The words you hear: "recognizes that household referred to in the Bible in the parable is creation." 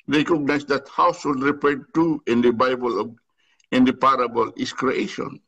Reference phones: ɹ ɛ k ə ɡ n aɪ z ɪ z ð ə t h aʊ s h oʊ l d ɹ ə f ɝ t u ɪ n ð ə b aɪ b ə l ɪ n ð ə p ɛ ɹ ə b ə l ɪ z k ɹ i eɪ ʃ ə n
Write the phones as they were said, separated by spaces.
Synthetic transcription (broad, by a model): ɹ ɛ k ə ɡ n aɪ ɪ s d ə t h aʊ s h oʊ l d ɹ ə p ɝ t u ɪ n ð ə b aɪ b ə l ɪ n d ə p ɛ ɹ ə b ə l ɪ s k ɹ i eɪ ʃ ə n